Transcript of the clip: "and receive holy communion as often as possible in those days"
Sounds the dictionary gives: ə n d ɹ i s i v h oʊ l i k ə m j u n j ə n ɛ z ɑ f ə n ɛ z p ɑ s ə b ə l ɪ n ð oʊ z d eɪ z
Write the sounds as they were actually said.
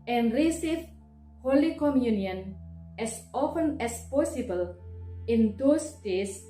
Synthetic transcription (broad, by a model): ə n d ɹ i s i f h oʊ l i k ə m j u n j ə n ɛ s ɑ f ə n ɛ s p ɑ s ə b ə l ɪ n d oʊ s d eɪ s